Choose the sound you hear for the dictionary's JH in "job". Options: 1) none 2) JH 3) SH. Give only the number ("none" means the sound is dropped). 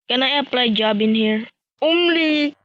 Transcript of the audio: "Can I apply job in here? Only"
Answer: 2